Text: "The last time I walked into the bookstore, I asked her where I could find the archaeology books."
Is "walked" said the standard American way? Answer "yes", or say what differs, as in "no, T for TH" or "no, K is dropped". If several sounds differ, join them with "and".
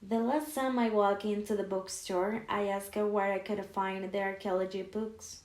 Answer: no, T is dropped